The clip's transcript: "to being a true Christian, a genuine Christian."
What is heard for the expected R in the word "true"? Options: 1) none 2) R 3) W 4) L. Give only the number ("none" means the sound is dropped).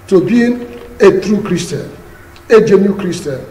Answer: 2